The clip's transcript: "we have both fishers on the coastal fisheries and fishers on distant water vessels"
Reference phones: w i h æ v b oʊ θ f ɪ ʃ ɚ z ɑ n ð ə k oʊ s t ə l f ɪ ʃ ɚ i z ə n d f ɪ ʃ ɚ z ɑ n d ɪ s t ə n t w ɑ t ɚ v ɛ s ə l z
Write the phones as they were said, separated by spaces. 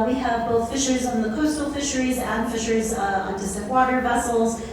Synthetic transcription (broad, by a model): w i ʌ v b oʊ θ f ɪ ʃ ɚ z n ð ə k oʊ s t l f ɪ ʃ ɚ i z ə n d f ɪ ʃ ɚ z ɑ n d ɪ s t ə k w ɑ t ɚ v ɛ s l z